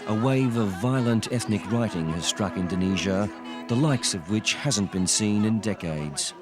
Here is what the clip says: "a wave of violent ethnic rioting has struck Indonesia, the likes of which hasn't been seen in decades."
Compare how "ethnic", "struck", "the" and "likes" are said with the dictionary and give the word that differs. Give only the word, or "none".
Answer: none